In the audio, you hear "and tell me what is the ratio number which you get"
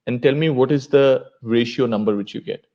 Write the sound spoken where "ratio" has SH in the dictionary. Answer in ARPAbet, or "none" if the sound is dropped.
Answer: SH